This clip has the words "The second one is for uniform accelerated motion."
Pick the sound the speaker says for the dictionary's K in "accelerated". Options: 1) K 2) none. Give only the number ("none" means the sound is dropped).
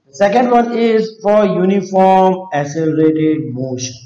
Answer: 2